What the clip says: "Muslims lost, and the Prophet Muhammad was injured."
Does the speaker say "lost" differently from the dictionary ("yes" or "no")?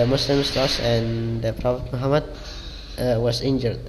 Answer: yes